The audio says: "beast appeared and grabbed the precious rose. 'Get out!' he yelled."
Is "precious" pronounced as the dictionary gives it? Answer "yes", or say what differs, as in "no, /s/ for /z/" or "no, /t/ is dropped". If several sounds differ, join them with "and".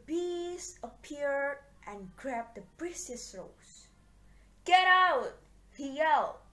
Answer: no, /s/ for /ʃ/